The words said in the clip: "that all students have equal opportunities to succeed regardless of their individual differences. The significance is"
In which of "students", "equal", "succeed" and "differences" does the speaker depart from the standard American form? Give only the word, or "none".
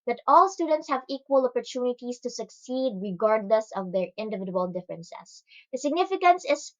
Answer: differences